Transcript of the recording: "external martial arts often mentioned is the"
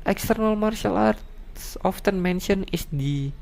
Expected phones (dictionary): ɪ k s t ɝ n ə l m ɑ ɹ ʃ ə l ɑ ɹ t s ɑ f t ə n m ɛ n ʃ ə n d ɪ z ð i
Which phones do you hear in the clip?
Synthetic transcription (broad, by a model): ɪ k s t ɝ n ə l m ɑ ɹ ʃ ə l ɑ ɹ t s ɑ f t ə n m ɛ n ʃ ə n ɪ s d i